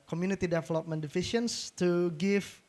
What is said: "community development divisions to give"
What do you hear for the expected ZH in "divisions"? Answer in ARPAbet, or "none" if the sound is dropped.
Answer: SH